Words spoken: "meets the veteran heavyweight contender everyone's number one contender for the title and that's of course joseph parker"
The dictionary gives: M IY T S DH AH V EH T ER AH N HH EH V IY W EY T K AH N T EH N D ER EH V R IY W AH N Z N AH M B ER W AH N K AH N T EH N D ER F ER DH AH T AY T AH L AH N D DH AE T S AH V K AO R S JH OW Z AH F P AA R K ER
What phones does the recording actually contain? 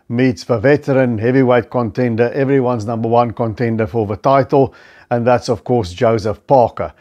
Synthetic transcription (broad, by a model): M IY T S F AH V EH T ER AH N HH EH V IY W EY T K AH N T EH N D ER EH V R IY W AH N Z N AH M B ER W AH N K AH N T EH N D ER F ER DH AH T AY T AH L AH N DH AE T S AH V K AO R S JH OW Z AH F P AA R K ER